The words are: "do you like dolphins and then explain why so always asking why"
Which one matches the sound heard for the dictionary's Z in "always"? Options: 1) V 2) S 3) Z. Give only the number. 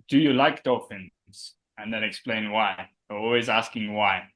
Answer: 3